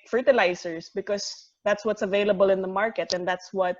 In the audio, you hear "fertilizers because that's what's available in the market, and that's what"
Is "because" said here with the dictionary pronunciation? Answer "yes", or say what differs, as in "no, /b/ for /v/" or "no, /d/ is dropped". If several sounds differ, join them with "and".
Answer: no, /s/ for /z/